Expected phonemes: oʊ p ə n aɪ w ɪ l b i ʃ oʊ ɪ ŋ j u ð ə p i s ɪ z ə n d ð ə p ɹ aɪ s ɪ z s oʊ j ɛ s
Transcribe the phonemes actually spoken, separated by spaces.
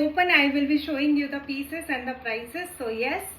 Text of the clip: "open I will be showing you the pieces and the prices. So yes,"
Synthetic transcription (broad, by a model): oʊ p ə n aɪ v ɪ l b i ʃ oʊ ɪ ŋ j u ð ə p i s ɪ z ə n d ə p ɹ aɪ s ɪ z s oʊ j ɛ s